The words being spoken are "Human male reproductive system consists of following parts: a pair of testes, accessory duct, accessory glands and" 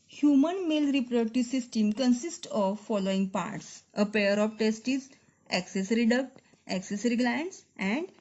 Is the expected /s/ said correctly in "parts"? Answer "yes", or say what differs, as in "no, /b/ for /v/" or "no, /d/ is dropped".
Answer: yes